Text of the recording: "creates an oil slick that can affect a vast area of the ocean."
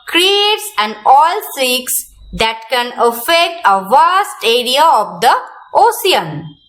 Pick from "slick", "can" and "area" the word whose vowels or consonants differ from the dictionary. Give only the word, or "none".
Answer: slick